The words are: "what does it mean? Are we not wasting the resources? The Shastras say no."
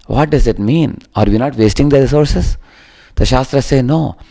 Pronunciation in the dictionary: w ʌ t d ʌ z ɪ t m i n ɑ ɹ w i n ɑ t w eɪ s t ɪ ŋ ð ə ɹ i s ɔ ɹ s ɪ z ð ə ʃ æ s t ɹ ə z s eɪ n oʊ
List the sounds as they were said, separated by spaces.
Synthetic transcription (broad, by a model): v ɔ t d ʌ z ɪ t m i n ɑ ɹ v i n ɑ t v eɪ s t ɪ ŋ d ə ɹ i s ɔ ɹ s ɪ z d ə ʃ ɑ s t ɹ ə s eɪ n oʊ